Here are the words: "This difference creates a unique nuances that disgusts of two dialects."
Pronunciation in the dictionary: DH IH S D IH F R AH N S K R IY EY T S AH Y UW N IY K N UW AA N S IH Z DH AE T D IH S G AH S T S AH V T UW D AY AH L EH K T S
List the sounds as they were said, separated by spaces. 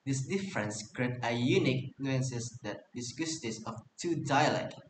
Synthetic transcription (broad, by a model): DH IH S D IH F R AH N S K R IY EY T AH Y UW N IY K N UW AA N S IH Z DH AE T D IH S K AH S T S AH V T UW D AY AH L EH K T